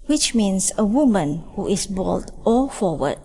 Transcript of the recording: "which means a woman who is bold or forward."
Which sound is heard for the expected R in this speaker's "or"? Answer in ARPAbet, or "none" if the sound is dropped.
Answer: L